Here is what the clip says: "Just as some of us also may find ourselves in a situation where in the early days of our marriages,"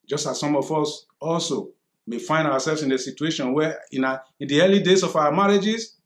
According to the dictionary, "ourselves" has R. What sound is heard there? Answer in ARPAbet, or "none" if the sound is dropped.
W